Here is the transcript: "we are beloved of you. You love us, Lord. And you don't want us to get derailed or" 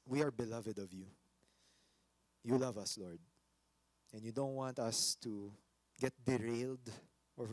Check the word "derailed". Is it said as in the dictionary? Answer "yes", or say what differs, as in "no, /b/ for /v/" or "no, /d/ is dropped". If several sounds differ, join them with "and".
yes